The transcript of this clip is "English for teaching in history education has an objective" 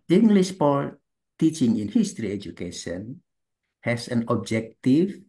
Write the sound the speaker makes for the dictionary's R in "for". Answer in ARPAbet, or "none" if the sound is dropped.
L